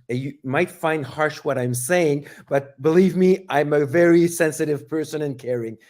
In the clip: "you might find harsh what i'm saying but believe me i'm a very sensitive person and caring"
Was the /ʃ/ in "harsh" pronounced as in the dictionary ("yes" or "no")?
yes